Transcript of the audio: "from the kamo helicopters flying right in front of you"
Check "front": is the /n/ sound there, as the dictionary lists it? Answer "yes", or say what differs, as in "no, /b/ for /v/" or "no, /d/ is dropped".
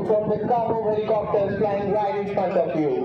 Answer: no, /n/ is dropped